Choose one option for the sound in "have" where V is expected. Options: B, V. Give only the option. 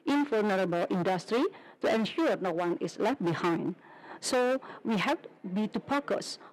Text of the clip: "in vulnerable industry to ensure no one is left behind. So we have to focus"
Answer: B